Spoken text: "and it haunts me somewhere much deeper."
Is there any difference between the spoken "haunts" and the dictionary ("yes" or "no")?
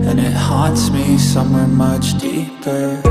yes